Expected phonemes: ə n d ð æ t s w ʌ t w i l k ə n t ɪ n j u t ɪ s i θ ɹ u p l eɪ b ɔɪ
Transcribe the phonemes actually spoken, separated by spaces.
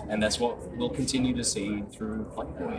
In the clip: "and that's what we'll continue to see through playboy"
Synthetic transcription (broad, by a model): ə n ð æ t s w ʌ t w i l k ə n t ɪ n j u t ɪ s i θ ɹ u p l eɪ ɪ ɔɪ